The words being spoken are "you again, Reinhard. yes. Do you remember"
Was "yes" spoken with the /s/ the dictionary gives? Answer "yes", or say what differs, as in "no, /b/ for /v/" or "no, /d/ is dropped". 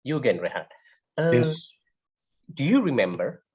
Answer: no, /s/ is dropped